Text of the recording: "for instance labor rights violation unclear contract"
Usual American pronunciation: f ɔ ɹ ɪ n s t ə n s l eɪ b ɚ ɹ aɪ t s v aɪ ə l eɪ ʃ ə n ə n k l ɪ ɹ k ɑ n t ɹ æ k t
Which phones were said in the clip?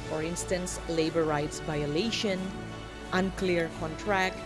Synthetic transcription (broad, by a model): f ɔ ɹ ɪ n s t ə n s l eɪ b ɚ ɹ aɪ t s v aɪ ə l eɪ ʃ ə n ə n k l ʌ ɹ k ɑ n t ɹ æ k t